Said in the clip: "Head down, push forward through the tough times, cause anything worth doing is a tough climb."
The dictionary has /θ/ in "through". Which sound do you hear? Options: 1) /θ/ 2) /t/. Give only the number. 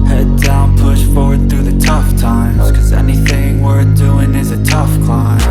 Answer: 1